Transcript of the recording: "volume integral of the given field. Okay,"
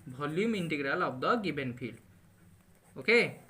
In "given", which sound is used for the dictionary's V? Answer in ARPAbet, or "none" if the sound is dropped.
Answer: B